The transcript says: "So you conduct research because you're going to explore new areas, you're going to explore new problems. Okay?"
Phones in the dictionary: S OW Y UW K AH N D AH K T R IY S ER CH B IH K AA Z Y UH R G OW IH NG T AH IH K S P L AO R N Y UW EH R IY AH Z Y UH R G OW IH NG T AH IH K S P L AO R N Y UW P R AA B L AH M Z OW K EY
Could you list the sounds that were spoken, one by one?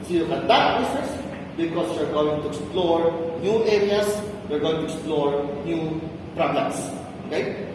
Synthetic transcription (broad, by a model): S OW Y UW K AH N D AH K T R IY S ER S B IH K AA S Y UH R G OW IH NG T AH IH K S P L AO R N Y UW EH R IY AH S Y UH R G OW IH NG T AH IH K S P L AO R N Y UW P R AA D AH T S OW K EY